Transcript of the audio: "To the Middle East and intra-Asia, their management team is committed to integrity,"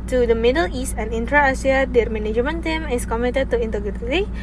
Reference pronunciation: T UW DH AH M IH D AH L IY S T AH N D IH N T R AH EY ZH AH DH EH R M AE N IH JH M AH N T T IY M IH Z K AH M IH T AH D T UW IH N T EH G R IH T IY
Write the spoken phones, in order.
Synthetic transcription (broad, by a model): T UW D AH M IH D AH L IY S T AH N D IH N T R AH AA S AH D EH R M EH N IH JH M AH N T T IY M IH S K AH M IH T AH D T UW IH N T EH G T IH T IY